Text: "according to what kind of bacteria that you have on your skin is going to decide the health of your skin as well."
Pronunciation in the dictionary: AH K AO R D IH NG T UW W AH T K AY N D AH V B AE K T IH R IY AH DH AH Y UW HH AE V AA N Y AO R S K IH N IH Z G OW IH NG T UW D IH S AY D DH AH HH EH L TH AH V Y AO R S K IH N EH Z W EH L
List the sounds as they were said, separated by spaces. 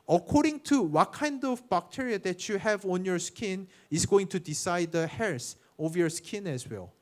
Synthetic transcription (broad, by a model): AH K AO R D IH NG T UW W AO T K AY N D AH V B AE K T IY R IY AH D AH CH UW HH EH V AA N Y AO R S K IH N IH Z G OW IH NG T UW D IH S AY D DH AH HH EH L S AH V Y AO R S K IH N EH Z W EH L